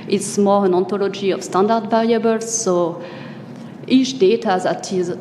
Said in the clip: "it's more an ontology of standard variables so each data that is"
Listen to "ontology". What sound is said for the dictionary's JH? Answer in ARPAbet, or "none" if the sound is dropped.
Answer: JH